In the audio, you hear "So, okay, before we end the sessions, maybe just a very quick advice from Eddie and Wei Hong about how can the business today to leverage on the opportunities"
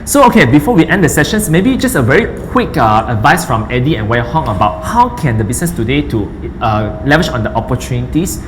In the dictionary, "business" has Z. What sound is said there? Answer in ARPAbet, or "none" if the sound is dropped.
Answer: S